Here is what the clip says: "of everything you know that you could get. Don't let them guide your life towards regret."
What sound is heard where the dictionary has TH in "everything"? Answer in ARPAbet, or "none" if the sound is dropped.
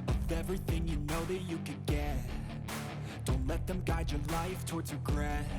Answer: TH